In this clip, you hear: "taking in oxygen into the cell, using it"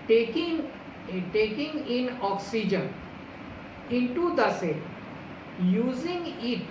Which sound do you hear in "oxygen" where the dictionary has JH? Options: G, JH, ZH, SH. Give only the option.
JH